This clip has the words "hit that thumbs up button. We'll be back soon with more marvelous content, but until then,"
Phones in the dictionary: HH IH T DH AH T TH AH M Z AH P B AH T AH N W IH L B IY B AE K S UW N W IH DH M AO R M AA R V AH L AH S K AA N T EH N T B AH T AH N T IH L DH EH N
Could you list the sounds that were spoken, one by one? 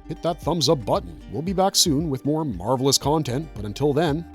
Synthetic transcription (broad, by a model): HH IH T DH AH T TH AH M Z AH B AH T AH N W IH L B IY B AE K S UW N W IH DH M AO R M AA R V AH L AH S K AA N T EH N T B AH T AH N T IH L DH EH N